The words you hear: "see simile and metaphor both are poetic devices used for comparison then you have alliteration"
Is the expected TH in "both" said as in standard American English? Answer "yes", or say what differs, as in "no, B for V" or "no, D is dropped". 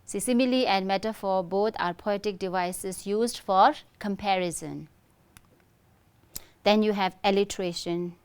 no, T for TH